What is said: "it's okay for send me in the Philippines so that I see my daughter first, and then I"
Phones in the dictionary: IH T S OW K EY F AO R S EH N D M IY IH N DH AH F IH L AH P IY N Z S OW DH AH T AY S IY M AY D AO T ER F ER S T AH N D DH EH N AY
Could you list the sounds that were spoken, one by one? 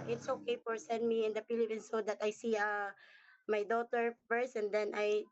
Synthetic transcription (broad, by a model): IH T S OW K EY F AO R S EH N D M IY IH N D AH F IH L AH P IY N S OW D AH T AY S IY M AY D AO T ER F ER S AH N D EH N AY